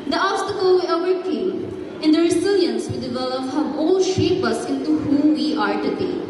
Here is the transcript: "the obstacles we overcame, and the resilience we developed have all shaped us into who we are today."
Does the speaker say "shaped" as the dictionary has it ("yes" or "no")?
no